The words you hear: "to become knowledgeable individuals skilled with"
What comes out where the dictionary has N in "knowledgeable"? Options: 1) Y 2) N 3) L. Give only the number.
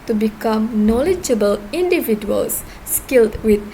2